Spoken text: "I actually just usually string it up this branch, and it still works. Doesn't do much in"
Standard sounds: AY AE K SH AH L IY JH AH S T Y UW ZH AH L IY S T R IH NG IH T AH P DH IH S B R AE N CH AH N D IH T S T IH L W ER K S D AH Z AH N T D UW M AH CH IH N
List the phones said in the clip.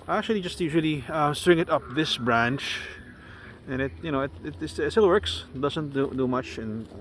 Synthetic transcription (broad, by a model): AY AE K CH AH L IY JH AH S T Y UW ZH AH L IY S T R IH NG IH T AH P DH IH S B R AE N CH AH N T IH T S S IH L W ER K S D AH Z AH N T D UW M AH CH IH N